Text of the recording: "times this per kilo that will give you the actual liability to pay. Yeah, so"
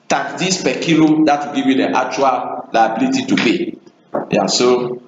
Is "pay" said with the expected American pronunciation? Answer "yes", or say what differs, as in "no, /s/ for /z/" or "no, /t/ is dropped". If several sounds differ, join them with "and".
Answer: no, /b/ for /p/